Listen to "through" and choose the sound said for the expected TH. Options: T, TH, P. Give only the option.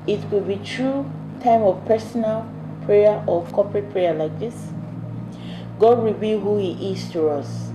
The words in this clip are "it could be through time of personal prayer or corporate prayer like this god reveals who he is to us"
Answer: T